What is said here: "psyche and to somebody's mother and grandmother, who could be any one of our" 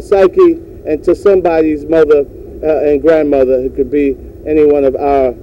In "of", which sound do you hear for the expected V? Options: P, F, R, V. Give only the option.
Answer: V